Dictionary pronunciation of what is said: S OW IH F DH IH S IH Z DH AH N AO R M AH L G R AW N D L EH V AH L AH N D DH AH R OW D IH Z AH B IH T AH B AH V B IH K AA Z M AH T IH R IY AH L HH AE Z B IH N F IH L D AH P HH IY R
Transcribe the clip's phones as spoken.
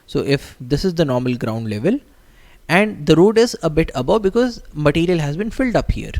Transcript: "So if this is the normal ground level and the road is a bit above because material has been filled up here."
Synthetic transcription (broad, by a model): S OW IH F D IH S IH Z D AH N AO R M AH L G R AW N D L EH V AH L AH N D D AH R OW D IH Z AH B IH T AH B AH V B IH K AA Z M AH T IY R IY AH L HH AE Z B IH N F IH L D AH P HH IY R